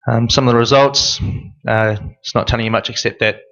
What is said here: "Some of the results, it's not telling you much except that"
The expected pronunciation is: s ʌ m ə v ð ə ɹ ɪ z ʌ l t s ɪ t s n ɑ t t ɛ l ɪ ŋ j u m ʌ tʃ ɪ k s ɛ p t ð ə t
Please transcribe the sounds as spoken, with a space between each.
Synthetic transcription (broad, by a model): s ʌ m ə v ð ə ɹ ɪ z ʌ l t s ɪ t s n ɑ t t ɛ l ɪ ŋ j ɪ m ʌ tʃ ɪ k s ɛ p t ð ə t